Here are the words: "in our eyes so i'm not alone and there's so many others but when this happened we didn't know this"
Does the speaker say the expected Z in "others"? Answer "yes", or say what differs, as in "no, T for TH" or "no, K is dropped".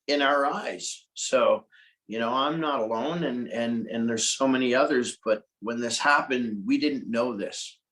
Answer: yes